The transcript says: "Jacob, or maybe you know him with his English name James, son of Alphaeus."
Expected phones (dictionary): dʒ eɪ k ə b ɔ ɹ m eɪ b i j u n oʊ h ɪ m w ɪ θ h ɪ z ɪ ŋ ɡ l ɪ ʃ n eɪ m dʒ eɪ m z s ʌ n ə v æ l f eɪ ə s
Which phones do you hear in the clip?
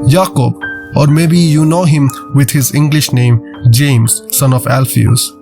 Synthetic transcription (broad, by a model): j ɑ k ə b ɔ ɹ m eɪ b i j u n oʊ h ɪ m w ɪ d h ɪ z ɪ ŋ ɡ l ɪ ʃ n eɪ m dʒ eɪ m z s ʌ n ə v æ l f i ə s